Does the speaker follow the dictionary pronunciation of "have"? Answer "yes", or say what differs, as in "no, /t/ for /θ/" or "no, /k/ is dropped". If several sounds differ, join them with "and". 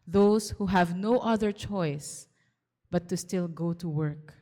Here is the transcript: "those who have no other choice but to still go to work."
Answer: yes